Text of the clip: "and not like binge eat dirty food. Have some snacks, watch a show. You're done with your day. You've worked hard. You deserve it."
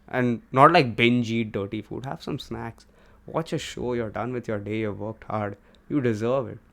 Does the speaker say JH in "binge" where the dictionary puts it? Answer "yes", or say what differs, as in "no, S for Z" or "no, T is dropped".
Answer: yes